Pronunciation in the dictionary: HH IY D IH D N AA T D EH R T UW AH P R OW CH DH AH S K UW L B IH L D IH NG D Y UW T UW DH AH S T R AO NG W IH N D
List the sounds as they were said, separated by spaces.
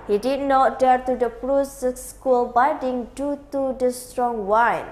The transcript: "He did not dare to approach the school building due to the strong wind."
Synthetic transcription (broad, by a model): HH IY D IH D N AA T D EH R T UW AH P R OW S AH S K UW L B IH D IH NG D Y UW T UW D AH S T R AO NG W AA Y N